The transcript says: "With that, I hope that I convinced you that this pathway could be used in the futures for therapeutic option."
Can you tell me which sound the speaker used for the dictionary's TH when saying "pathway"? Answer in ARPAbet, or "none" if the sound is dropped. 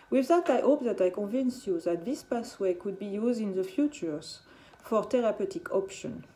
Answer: S